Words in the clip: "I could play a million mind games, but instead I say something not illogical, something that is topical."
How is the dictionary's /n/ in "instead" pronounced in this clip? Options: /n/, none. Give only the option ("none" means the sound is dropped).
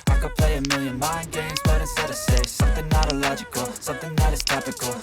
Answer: none